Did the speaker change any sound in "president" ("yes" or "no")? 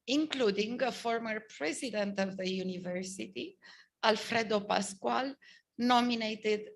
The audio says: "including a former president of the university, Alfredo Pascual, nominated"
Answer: no